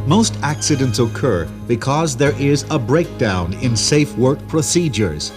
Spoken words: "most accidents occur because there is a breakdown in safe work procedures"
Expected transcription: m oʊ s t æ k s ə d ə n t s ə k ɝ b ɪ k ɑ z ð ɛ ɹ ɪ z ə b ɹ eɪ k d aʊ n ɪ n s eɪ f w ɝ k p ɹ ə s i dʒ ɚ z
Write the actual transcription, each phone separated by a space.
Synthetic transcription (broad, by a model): m oʊ s t æ k s ə d ə n t s ə k ɝ b ɪ k ɑ z ð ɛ ɹ ɪ z ə b ɹ eɪ k d aʊ n ɪ n s eɪ f w ɝ k p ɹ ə s i dʒ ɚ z